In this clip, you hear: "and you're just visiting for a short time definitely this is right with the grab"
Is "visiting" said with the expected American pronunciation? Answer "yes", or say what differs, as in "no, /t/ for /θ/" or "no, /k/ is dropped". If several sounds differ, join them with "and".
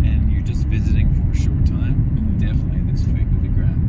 yes